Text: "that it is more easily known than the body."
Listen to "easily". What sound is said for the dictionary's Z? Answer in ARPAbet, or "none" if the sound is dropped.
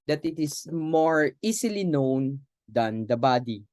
S